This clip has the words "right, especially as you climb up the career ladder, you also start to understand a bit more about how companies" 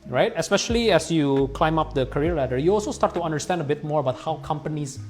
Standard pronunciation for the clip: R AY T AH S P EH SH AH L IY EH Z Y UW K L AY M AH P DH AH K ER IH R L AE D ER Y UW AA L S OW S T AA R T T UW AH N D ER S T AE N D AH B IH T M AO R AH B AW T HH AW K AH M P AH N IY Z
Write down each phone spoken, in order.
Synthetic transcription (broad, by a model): R AY T AH S P EH SH AH L IY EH S Y UW K L AY M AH P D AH K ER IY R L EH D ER Y UW AA L S OW S T AA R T T UW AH N D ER S T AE N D AH B IH T M AO R AH B AW T HH AW K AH M P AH N IY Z